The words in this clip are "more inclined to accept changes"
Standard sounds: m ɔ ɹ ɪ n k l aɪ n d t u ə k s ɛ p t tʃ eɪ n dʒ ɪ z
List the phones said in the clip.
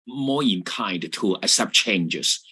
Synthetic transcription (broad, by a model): m ɔ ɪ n k aɪ n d t u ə s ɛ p tʃ eɪ n dʒ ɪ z